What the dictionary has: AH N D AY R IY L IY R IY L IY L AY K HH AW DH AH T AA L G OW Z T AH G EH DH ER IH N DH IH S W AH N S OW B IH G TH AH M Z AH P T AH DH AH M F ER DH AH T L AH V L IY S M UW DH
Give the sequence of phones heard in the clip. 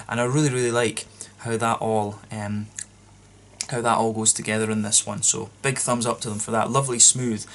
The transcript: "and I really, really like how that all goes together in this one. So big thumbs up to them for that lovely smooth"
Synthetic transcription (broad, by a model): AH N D AY R IY L IY R IY L IY L AY K HH AW DH AH T AA L G OW Z T AH G EH DH ER IH N DH IH S W AH N S OW B IH G TH AH M Z AH P T AH DH AH M F ER DH AH T L AH V L IY S M UW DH